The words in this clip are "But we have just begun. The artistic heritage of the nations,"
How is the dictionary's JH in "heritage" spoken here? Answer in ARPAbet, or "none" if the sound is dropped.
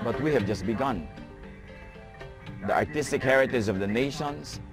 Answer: Z